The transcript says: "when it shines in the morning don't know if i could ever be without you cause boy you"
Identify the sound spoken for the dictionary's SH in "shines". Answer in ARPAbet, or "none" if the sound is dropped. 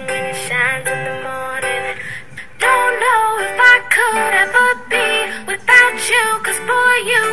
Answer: SH